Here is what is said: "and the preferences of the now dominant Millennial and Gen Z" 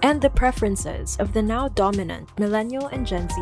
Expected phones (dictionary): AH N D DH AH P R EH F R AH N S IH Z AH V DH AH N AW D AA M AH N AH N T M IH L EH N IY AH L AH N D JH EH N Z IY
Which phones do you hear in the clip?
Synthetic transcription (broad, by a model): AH N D DH AH P R EH F R AH N S IH Z AH V DH AH N AW D AA M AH N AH N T M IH L EH N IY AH L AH N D JH EH N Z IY